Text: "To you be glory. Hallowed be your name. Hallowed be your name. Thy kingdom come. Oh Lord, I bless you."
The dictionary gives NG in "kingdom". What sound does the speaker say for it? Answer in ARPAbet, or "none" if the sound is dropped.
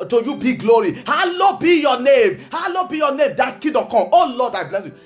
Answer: none